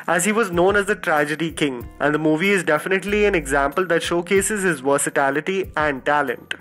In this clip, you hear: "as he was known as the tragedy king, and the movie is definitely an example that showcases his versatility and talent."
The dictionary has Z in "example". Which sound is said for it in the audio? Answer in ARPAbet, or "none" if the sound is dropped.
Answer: Z